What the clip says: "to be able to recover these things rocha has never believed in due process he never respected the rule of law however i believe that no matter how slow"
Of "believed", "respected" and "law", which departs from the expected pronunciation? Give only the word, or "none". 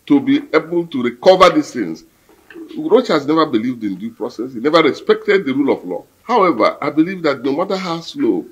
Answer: none